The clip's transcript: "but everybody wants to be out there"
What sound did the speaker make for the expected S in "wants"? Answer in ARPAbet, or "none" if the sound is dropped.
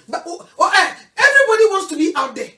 S